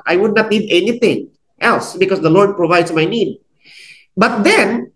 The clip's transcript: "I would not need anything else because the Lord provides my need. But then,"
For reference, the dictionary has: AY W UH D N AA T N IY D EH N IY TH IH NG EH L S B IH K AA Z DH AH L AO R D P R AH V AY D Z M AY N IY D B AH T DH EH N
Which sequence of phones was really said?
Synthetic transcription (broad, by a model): AY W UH D N AA T N IY D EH N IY T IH NG EH L S B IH K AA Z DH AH L AO R D P R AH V AY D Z M AY N IY D B AH T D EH N